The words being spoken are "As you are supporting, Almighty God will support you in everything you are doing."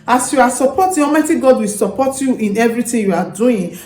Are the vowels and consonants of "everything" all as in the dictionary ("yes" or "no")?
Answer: no